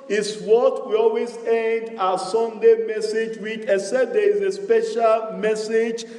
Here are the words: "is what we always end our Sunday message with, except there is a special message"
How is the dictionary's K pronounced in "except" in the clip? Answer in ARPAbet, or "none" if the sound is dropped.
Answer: none